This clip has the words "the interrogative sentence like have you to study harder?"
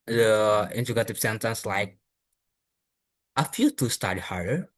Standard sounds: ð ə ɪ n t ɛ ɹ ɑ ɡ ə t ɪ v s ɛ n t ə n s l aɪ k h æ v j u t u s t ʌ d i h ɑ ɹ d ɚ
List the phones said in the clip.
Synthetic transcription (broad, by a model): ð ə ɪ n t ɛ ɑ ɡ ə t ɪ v s ɛ n t ə n s l aɪ k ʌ f j u t u s t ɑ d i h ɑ ɹ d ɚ